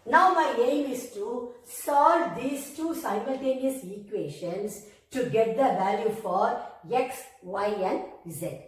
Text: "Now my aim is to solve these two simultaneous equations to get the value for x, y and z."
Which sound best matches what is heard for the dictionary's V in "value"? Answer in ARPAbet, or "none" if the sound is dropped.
V